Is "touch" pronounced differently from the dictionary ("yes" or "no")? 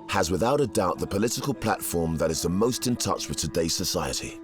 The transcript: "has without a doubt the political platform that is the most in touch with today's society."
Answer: no